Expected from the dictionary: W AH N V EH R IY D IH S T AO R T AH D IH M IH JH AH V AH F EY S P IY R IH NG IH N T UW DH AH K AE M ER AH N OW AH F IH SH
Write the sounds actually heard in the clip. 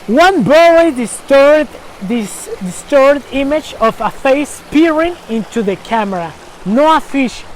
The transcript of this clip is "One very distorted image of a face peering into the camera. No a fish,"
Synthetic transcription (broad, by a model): W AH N B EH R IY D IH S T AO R T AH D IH M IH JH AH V AH F EY S P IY R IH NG IH N T UW DH AH K AE M ER AH N OW AH F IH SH